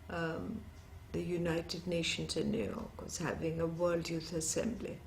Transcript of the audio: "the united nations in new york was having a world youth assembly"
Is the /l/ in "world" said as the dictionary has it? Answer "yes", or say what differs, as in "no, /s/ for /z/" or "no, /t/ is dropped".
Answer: yes